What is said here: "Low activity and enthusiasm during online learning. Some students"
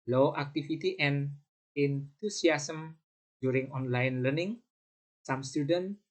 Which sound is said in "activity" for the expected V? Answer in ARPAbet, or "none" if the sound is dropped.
F